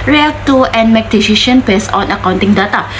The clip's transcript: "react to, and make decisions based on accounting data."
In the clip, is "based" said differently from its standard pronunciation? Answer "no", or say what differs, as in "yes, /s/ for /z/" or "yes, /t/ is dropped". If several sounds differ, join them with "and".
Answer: yes, /t/ is dropped